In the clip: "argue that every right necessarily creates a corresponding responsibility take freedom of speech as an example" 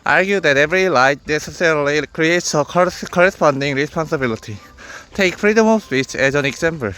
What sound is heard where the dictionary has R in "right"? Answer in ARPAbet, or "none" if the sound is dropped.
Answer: L